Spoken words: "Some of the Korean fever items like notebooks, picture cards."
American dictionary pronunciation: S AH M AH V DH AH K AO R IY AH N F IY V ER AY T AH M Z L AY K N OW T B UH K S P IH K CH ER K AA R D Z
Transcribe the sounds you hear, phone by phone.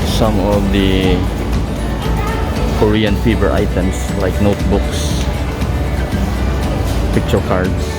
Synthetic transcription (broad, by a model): S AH M AH V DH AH K AO R IY AH N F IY B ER AY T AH M S L AY K N OW T B UH K S P IH K CH ER K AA R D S